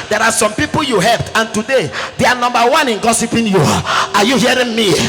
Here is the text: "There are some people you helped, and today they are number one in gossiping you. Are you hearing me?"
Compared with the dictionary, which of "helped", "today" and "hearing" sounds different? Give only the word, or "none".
none